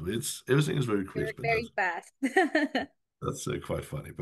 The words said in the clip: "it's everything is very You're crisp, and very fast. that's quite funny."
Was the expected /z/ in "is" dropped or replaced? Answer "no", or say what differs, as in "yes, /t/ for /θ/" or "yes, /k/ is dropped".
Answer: no